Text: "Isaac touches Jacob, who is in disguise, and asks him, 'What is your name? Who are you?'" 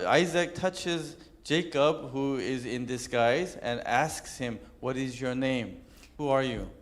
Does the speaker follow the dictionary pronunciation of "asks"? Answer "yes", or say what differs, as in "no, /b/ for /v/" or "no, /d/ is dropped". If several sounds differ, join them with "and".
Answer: yes